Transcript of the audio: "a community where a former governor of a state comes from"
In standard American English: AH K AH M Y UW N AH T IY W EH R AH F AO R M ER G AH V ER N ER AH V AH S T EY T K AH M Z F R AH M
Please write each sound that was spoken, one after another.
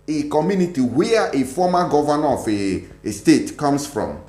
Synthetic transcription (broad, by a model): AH K AH M Y UW N AH T IY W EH AH F AO M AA G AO V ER N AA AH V AH S T EY T K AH M S F R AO M